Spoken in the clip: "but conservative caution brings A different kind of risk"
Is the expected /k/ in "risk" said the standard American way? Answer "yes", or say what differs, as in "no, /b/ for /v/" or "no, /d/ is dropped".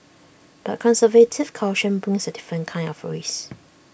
no, /k/ is dropped